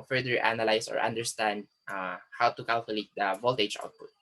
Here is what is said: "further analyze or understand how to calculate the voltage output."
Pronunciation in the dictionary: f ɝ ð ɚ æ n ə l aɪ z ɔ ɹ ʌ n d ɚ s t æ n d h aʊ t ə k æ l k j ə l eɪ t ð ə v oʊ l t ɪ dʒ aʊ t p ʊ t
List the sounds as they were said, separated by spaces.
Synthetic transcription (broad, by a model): f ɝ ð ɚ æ n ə l aɪ s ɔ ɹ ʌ n d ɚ s t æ n d h aʊ t ə k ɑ l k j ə l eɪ t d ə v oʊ l t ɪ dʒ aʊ t p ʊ t